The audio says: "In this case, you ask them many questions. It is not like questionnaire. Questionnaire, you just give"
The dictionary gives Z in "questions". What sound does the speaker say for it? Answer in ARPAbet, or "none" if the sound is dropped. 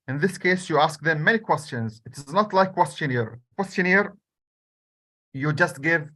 Z